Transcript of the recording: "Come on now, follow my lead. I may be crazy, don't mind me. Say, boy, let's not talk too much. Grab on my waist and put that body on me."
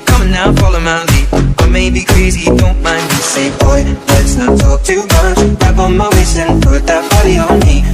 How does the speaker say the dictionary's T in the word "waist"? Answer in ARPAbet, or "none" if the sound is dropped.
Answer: none